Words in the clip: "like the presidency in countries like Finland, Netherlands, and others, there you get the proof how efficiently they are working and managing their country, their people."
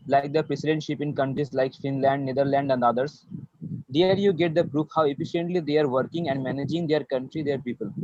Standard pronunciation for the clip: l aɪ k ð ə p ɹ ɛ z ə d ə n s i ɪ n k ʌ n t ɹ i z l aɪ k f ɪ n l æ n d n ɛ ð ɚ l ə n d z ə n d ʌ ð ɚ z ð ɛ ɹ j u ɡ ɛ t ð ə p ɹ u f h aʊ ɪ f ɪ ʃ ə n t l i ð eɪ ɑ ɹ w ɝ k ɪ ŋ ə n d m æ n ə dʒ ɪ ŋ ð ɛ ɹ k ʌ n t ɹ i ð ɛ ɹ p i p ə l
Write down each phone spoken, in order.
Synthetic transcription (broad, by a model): l aɪ k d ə p ɹ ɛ s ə d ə n ʃ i ɪ n k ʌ n t ɹ i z l aɪ k f ɪ n l æ n d n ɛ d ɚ l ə n d ə n d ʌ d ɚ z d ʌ ɹ j u ɡ ɛ t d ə p ɹ u f h aʊ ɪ f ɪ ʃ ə n t l i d eɪ ɑ ɹ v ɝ k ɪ ŋ ə n d m æ n ə dʒ ɪ ŋ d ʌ ɹ k ʌ n t ɹ i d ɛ ɹ p i p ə l